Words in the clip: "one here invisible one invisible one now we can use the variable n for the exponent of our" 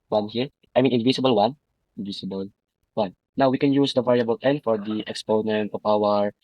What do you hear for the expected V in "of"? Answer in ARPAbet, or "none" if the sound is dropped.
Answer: P